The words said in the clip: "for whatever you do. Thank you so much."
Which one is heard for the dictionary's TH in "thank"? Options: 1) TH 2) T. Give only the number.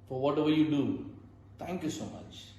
2